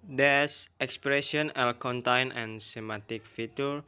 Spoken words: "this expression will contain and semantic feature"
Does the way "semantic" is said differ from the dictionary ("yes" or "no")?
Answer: yes